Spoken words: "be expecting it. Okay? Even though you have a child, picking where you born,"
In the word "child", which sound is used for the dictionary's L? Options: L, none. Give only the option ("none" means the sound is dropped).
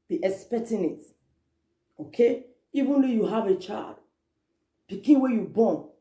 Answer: L